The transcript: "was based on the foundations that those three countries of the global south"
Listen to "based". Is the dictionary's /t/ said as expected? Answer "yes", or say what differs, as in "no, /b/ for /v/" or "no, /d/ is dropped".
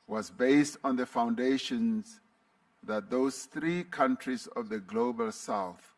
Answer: yes